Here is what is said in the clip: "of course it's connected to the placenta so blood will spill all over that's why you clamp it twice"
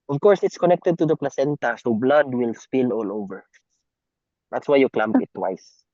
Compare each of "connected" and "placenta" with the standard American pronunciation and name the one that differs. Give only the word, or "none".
none